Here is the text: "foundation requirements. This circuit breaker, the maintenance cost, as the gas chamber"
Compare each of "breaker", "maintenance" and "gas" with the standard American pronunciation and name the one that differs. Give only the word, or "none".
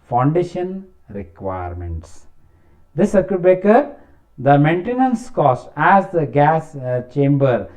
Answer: breaker